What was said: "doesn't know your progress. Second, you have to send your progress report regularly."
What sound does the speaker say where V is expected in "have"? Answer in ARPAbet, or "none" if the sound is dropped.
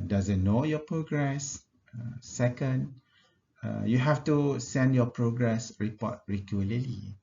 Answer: F